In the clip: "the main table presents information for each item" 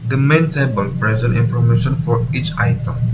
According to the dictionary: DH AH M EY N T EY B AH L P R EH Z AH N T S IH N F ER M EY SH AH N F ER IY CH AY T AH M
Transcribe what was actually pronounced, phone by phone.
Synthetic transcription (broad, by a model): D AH M EY N T EY B AH L P R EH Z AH N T IY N F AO M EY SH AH N F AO IY CH AY T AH M